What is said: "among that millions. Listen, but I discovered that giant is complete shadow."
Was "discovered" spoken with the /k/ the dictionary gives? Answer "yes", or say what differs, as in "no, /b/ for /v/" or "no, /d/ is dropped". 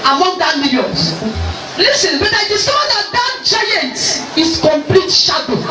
no, /k/ is dropped